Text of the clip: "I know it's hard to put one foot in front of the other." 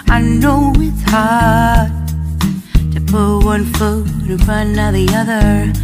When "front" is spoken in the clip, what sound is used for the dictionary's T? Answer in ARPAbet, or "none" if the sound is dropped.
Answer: none